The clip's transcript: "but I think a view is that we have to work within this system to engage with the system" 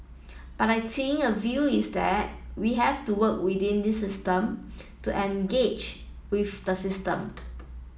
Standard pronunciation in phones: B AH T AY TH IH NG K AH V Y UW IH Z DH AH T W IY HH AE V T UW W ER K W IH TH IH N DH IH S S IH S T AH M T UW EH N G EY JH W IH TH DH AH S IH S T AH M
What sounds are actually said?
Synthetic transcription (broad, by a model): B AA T AY S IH NG AH V Y UW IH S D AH T W IY HH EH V T UW W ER K W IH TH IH N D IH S S IH S T AH M T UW EH N G EY JH W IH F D AH S IH S T AH M